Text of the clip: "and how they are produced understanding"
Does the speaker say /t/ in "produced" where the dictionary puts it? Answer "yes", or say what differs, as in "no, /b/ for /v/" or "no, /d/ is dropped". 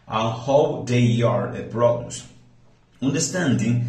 no, /t/ is dropped